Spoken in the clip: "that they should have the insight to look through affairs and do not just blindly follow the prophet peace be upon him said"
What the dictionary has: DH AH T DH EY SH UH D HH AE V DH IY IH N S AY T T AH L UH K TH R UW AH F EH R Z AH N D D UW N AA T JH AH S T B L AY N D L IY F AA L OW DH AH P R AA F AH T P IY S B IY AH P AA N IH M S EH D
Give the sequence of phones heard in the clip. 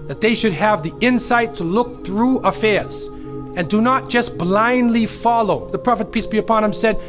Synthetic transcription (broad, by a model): DH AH T DH EY SH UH D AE V DH IY IH N S AY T T AH L UH K TH R UW AH F EH R Z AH N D D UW N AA T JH AH S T B L AY N D L IY F AA L OW DH AH P R AA F AH T P IY S B IY AH P AA N IH M S EH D